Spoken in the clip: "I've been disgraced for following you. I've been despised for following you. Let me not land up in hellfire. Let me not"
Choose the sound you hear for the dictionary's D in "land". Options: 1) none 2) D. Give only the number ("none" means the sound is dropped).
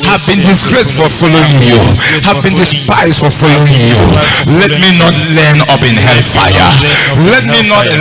1